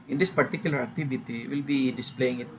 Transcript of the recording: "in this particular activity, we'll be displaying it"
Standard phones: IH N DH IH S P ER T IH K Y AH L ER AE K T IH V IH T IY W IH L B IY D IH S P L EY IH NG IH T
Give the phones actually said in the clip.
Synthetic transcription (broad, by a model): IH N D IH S P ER T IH K Y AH L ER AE T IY B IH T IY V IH L B IY D IH S P L EY IH NG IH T